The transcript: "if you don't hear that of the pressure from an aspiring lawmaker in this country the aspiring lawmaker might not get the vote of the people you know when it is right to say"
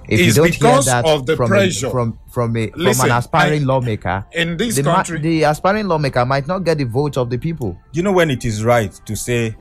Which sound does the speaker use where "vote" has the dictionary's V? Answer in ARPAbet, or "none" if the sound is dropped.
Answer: V